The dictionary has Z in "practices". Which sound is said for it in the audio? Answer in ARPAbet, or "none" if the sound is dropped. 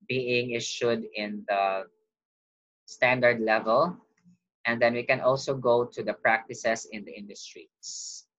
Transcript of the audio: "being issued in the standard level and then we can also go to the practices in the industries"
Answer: S